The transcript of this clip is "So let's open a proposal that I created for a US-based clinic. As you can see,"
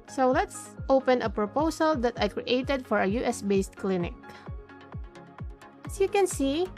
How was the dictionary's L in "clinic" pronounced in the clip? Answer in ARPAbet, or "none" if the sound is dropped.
L